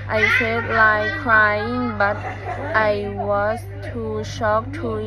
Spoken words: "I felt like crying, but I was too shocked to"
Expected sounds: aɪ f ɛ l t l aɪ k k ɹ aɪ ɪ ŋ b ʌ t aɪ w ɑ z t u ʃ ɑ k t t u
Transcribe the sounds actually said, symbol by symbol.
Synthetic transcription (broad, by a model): aɪ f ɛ t l aɪ k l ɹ aɪ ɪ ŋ b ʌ t aɪ w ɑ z t u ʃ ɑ k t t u